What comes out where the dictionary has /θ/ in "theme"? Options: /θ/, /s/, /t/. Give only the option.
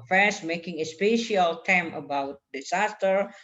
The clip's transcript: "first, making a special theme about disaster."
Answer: /t/